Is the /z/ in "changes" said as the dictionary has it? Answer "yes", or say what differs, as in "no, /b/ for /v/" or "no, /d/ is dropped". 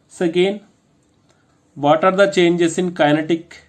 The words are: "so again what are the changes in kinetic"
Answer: no, /s/ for /z/